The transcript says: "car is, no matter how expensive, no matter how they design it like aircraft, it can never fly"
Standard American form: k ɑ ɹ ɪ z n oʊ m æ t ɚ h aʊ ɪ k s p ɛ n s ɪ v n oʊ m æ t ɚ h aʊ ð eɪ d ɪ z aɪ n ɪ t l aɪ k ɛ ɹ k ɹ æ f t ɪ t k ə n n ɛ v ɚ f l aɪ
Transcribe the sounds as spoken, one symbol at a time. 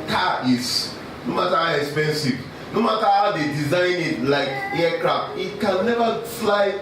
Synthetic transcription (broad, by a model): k ɑ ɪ s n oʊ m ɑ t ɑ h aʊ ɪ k s p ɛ n s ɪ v n oʊ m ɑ t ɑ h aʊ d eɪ d ɪ z aɪ n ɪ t l aɪ k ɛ k ɹ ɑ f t ɪ t k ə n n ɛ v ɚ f l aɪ